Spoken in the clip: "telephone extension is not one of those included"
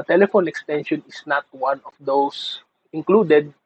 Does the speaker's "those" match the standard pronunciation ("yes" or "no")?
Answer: no